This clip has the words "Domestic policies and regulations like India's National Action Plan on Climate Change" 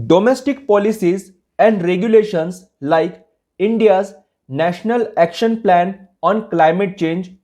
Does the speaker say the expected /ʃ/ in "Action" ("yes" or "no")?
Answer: yes